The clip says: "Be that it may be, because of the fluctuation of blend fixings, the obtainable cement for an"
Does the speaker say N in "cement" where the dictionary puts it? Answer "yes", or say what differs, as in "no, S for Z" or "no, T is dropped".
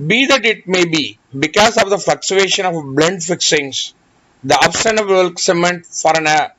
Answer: yes